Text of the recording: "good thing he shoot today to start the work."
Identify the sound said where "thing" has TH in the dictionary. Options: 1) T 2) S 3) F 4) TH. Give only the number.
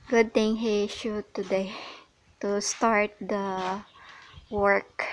1